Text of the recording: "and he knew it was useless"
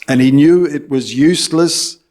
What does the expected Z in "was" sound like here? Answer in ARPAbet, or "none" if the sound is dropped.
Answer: Z